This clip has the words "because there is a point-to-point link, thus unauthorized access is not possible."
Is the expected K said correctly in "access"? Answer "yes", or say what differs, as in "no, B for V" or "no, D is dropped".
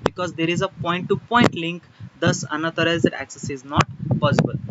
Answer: yes